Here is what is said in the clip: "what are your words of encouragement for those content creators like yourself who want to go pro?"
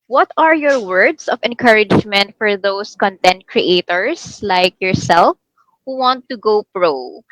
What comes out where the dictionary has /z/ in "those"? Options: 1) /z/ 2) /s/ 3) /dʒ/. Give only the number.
2